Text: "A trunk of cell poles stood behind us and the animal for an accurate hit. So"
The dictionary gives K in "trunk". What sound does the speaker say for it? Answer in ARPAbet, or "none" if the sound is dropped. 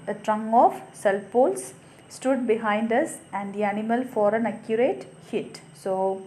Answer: none